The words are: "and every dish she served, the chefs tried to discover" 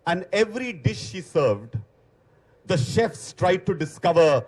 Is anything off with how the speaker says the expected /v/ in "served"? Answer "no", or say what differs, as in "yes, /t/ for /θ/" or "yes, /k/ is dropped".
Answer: no